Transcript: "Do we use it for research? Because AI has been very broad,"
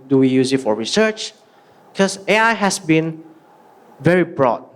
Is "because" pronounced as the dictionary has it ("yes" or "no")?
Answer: no